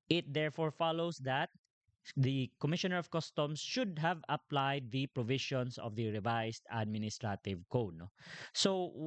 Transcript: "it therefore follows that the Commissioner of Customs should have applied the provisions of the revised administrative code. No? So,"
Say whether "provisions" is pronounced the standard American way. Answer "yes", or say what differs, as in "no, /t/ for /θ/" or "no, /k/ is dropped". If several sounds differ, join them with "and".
no, /ʃ/ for /ʒ/ and /s/ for /z/